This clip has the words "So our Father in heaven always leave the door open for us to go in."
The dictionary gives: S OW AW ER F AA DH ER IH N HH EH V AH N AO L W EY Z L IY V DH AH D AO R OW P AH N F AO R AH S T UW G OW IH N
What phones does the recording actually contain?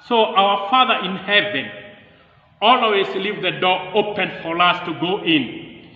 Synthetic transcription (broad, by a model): S OW AW ER F AA DH ER IH N HH EH V AH N AO L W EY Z L IY V DH AH D AO R OW P AH N F AO R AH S T UW G OW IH N